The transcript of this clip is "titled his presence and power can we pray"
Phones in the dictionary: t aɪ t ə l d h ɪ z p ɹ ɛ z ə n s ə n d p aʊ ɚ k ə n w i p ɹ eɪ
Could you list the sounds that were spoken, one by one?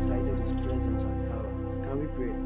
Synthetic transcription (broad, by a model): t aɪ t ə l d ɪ s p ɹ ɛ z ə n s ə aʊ k ə n w i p ɹ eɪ